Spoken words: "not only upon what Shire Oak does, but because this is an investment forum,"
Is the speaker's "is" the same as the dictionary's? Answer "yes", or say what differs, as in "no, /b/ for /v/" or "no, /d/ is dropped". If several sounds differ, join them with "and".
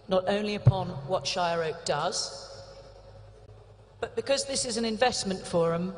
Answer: yes